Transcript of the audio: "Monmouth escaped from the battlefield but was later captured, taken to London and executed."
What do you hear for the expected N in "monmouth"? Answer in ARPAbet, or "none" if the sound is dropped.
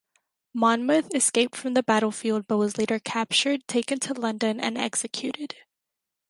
N